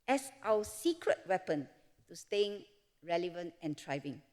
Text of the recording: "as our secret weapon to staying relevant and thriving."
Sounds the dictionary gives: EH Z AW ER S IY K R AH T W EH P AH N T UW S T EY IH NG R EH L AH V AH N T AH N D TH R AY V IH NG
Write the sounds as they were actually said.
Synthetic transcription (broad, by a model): EH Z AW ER S IY K R AH T W EH P AH N T UW S T EY IH NG R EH L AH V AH N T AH N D R AY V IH NG